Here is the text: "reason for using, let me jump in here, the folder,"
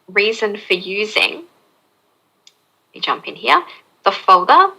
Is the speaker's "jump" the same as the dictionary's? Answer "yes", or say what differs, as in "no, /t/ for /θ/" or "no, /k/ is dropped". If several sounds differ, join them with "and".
yes